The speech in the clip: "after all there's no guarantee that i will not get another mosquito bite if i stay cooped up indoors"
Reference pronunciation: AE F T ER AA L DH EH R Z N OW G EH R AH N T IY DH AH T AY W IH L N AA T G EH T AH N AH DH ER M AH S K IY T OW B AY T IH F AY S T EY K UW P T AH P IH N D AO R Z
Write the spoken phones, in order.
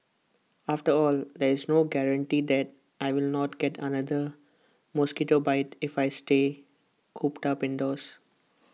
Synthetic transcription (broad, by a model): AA F T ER AA L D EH R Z N OW G EH R AH N T IY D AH T AY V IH L N AA T G EH T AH N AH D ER M AH S K IY T OW B AY T IH F AY S T EY K UW P T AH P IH N D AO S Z